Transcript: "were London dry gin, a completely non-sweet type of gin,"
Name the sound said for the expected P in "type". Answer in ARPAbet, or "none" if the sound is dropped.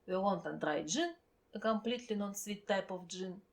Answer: P